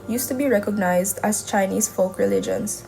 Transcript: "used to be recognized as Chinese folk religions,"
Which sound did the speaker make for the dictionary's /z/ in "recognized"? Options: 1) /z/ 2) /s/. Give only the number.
1